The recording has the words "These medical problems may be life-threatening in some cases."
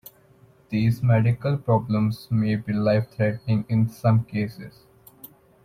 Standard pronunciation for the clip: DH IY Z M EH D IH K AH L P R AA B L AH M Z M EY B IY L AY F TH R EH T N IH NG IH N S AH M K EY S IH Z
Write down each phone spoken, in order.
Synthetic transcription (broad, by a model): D IY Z M EH D IH K AH L P R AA B L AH M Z M EY B IY L AY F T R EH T IH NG IH N S AH M K EY S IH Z